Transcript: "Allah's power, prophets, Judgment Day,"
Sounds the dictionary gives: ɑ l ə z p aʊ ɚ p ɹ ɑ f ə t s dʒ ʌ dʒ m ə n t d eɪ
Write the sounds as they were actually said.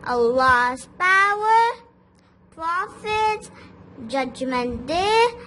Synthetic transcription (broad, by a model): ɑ l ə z p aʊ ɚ p ɹ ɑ f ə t dʒ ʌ dʒ m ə n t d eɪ